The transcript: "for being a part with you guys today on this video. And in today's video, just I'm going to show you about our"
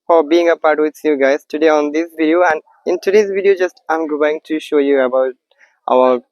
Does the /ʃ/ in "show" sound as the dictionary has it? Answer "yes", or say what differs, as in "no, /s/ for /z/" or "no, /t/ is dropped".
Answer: yes